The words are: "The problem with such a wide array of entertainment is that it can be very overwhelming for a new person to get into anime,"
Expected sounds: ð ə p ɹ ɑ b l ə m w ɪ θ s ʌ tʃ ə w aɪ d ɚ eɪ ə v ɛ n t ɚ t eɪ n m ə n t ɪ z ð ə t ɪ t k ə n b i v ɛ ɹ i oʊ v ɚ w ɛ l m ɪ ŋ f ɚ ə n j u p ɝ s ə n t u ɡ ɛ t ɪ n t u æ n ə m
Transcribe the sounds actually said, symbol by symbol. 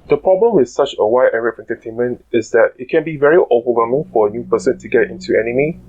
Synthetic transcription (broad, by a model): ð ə p ɹ ɑ b l ə m w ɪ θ s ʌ tʃ ə w aɪ d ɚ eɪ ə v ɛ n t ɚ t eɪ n m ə n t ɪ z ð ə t ɪ t k ə n b i v ɛ ɹ i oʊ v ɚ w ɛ m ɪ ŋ f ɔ ə n j u p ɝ s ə n t u ɡ ɛ t ɪ n t u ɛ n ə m